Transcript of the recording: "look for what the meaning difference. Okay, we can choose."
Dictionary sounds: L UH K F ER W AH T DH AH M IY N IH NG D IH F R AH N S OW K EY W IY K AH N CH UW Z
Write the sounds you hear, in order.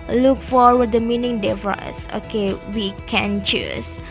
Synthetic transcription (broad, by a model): L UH K F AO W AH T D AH M IY N IH NG D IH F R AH S OW K EY W IY K AH N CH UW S